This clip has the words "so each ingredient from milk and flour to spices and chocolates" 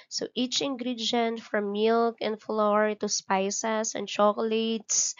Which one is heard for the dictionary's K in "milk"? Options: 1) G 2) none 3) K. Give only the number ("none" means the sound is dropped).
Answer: 3